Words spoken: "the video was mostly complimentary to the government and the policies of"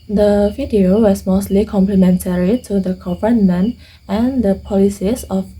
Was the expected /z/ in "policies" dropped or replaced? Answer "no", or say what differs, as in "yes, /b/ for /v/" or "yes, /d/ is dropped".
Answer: yes, /s/ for /z/